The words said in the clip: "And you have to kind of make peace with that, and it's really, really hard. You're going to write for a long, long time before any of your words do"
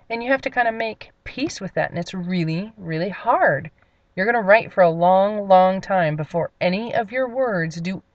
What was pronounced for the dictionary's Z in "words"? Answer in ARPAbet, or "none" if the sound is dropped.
Z